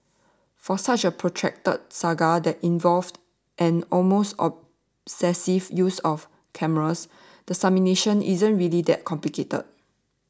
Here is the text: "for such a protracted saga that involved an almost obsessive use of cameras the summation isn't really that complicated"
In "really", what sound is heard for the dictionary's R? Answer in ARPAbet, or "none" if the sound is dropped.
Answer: R